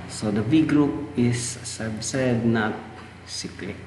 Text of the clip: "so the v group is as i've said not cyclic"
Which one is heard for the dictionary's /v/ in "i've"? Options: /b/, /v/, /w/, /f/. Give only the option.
/b/